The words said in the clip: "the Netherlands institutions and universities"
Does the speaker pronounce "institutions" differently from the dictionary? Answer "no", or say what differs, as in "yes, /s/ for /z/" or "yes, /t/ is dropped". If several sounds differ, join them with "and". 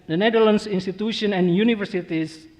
yes, /z/ is dropped